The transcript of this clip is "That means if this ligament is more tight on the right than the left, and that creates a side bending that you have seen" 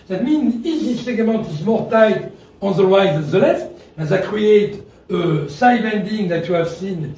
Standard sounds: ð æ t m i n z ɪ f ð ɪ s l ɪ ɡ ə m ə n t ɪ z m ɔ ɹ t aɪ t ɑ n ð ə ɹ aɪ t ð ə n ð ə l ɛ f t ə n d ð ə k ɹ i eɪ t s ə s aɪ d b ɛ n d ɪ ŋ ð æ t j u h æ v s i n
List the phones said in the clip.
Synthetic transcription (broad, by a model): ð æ t m i n z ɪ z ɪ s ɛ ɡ m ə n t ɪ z m ɔ ɹ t aɪ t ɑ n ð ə w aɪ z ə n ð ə l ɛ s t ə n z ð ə k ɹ i eɪ t ə s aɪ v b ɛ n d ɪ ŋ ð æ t j u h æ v s i n